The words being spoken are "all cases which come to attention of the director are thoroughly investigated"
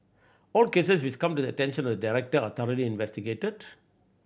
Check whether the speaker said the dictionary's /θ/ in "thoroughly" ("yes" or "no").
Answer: no